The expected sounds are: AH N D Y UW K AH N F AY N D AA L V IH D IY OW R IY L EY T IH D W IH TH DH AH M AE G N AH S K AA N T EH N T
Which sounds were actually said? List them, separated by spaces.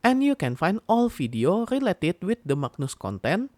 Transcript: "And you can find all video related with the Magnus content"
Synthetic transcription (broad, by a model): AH N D Y UW K AH N F AY N D AA L F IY D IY OW R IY L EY T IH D W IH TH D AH M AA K N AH S K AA N T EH N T